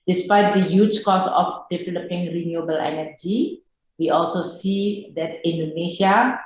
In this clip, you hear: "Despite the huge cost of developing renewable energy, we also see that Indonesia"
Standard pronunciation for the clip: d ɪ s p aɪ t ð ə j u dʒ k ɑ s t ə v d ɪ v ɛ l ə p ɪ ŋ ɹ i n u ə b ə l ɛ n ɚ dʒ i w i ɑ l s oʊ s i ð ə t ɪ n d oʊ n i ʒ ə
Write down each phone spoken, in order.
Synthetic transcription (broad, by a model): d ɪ s p aɪ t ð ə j u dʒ k ɑ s ə f d ɪ v ɛ l ə p ɪ ŋ ɹ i n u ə b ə l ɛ n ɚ dʒ i w i ɑ l s oʊ s i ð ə t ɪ n d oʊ n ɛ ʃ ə